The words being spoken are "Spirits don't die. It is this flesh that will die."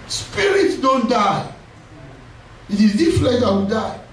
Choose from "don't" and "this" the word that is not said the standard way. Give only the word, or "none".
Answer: this